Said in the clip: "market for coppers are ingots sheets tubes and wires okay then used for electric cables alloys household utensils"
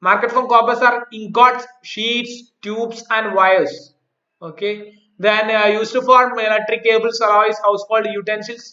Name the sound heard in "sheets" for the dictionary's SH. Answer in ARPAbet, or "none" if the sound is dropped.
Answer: SH